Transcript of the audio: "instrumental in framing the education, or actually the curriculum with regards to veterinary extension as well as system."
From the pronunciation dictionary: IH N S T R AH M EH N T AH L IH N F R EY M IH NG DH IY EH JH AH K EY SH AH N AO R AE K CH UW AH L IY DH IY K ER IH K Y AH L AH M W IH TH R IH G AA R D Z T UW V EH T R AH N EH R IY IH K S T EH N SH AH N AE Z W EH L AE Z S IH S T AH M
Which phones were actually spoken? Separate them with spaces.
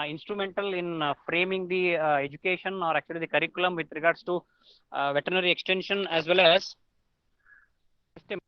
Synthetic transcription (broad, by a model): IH N S T R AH M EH N T AH L IH N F R EY M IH NG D IY EH JH AH K EY SH AH N AO R AE K CH UW AH L IY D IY K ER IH K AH L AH M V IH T R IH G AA R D S T UW V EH T R N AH R IY IH K S T EH N SH AH N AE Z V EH L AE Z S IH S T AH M